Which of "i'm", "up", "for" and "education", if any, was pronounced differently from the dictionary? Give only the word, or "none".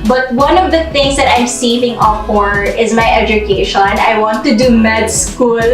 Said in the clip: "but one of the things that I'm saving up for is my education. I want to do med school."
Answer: up